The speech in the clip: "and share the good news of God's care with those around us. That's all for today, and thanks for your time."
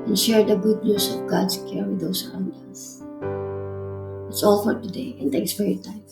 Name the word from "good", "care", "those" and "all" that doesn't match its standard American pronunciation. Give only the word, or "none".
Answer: those